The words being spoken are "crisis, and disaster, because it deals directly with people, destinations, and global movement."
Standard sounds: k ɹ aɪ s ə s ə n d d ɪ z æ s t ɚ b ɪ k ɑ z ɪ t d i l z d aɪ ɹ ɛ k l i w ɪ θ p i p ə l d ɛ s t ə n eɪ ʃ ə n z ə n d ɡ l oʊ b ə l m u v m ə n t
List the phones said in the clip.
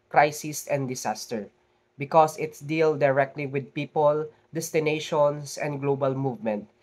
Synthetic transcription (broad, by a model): k ɹ aɪ s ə s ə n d d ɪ s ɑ s t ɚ b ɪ k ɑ s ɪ t d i l d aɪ ɹ ɛ k l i w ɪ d p i p ə l d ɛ s t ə n eɪ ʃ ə n s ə n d ɡ l oʊ b ə l m u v m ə n t